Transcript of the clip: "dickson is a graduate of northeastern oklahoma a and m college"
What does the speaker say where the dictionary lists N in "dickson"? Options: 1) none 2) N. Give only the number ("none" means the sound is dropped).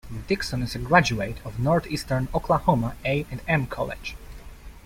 2